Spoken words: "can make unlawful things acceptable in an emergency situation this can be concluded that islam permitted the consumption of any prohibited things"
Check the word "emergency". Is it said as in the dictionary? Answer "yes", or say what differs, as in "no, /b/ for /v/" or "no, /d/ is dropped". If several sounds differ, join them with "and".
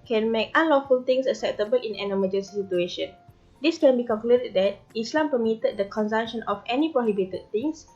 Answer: no, /n/ is dropped